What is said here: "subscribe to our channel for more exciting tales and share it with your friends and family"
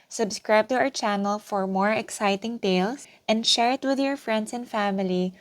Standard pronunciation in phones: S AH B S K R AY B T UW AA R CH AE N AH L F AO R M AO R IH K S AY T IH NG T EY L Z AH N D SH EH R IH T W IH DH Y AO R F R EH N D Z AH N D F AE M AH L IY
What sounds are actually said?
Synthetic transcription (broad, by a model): S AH B S K R AY B T UW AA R CH AE N AH L F AO R M AO R IH K S AY T IH NG T EY L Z AH N D SH EH R IH T W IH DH Y AO R F R EH N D S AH N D F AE M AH L IY